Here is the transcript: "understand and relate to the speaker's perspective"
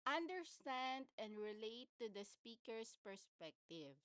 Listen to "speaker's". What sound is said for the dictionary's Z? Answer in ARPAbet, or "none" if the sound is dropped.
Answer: S